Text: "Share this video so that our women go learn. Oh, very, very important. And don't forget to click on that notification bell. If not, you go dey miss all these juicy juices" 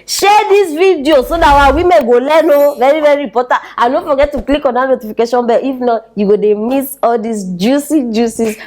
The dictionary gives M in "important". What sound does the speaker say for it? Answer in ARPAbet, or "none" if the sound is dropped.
none